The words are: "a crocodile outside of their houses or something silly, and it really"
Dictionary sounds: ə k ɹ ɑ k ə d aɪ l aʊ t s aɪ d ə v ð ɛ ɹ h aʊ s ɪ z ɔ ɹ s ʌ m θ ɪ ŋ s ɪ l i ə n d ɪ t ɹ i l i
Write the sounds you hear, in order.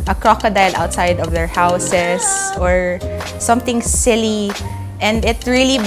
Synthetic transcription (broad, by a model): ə k ɹ ɑ k ə d aɪ l aʊ t s aɪ d ə v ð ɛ ɹ h aʊ s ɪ s ɔ ɹ s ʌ m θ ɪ ŋ s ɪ l i ə n d ɪ t ɹ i l i